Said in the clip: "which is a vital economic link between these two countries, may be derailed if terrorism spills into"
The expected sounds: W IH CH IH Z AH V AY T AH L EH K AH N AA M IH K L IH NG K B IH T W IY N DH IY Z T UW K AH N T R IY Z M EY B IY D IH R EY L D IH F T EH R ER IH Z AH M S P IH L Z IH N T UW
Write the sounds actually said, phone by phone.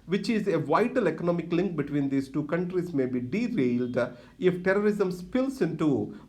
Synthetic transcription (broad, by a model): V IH CH IH Z AH V AY T AH L EH K AH N AA M IH K L IH NG K B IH T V IY N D IY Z T UW K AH N T R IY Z M EY B IY D IH R EY L D IH F T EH R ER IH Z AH M S P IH L S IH N T UW